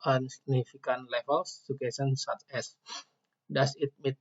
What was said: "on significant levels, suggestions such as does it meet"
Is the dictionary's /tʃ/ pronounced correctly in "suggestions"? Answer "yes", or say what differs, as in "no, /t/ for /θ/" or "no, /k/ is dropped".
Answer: no, /tʃ/ is dropped